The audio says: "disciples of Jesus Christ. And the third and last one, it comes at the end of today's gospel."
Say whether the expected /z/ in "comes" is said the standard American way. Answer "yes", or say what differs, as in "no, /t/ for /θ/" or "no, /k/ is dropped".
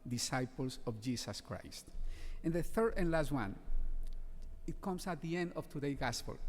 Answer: no, /s/ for /z/